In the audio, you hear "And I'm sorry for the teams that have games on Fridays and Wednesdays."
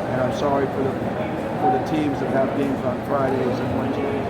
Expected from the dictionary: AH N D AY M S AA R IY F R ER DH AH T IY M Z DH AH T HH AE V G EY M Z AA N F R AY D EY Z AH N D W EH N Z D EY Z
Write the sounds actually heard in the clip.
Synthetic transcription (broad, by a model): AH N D AY M S AA R IY F R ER DH AH T IY M Z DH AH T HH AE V G EY M Z N F R AY D EY Z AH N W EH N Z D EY